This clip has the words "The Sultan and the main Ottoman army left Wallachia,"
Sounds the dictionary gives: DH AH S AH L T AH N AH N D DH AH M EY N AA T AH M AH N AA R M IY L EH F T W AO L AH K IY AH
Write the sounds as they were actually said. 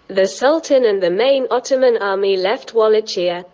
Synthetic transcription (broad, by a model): DH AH S AH L T AH N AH N DH AH M EY N AA T AH M AH N AA M IY L EH F T W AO L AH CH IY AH